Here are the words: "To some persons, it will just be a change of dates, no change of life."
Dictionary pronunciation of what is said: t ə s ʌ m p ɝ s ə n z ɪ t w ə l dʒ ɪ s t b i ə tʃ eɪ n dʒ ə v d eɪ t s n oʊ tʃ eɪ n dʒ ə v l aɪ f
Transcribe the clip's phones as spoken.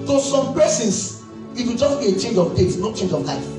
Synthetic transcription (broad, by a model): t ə s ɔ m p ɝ s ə n s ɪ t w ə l dʒ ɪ s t b i ə tʃ eɪ n dʒ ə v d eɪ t n oʊ tʃ eɪ n dʒ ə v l aɪ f